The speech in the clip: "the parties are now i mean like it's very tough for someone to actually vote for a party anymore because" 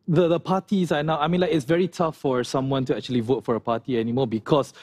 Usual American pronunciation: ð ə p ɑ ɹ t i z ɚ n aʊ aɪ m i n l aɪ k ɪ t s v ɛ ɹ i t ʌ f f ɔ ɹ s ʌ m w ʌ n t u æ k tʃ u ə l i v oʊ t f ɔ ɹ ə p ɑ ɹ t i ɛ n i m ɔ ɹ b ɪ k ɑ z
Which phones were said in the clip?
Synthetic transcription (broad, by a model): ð ə p ɑ t i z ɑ n aʊ aɪ m i n l aɪ k ɪ t s v ɛ ɹ i t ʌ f f ɔ ɹ s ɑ m w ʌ n t u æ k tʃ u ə l i v oʊ t f ɔ ɹ ə p ɑ t i ɛ n i m ɔ b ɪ k ɑ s